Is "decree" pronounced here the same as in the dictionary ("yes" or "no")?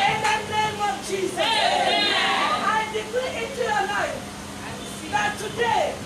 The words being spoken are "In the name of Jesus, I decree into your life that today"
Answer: no